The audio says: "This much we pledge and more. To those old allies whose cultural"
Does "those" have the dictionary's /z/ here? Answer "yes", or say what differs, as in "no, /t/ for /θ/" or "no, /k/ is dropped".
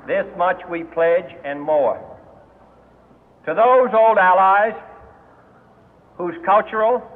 yes